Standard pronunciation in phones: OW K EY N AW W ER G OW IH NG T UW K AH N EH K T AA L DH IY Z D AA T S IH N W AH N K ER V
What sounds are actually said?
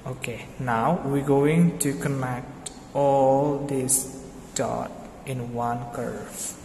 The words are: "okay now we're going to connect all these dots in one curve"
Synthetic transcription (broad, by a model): OW K EY N AW W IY G OW IH NG T UW K AH N EH K T AA L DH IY S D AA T IH N W AH N K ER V